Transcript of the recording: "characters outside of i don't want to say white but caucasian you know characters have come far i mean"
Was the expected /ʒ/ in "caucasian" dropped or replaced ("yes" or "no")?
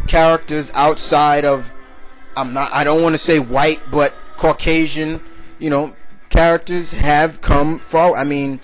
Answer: no